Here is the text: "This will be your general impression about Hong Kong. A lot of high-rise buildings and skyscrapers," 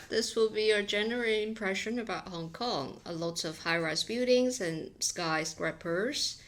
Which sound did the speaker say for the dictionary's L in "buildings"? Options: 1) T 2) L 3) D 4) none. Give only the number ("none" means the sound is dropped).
4